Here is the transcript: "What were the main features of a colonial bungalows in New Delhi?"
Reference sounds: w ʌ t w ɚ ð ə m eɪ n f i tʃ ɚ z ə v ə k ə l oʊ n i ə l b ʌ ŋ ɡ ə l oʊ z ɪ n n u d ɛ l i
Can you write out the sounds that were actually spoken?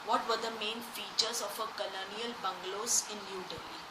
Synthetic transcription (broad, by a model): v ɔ t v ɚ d ə m eɪ n f i tʃ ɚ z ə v ə k ə l oʊ n i ə l b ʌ ŋ ɡ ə l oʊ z ɪ n l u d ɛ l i